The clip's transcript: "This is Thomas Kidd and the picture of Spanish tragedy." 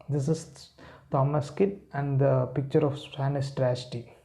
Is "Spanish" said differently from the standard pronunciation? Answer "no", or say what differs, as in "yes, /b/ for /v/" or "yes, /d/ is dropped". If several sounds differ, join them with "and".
yes, /s/ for /ʃ/